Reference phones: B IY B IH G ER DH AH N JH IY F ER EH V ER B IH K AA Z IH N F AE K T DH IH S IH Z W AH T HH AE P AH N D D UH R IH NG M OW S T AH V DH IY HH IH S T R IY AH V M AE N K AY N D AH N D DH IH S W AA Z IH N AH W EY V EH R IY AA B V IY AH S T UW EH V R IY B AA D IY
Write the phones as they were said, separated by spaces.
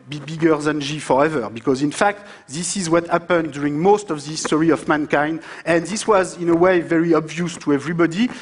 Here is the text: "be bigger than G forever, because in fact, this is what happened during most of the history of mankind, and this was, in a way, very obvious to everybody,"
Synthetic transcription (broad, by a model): B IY B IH G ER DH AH N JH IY F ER EH V ER B IH K AA Z IH N F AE K T DH IH S IH Z W AH T HH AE P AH N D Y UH R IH NG M OW S T AH V DH IY S T R IY AH V M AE N K AY N D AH N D DH IH S W AA Z IH N AH W EY V EH R IY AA B V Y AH S T UW EH V R IY B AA D IY